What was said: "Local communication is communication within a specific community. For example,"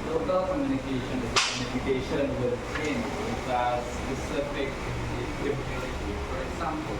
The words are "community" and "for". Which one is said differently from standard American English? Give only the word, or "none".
community